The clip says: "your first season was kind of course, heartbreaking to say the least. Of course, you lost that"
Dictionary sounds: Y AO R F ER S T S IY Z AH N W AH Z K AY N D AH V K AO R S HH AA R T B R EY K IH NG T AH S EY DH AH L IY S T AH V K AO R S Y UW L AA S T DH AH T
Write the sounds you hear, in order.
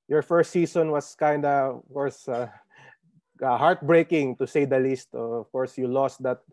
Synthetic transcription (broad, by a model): Y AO R F ER S T S IY S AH N W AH S K AY N D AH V K AO R S HH AA R T B R EY K IH NG T AH S EY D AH L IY S T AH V K AO R S Y UW L AA S T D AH T